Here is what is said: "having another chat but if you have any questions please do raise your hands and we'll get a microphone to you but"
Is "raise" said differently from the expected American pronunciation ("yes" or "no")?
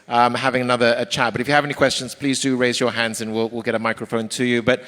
no